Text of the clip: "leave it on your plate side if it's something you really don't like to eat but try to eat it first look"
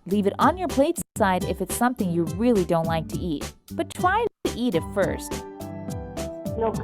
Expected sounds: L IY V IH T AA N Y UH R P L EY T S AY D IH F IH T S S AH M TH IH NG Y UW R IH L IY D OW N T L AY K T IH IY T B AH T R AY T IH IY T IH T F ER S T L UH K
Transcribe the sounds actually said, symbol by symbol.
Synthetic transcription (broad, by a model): L IY V IH T N Y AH R P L EY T S AY D IH F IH T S S AH M TH IH NG Y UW R IH L IY D OW N T L AY K T IH IY T B AH T R AY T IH IY T IH T F ER S T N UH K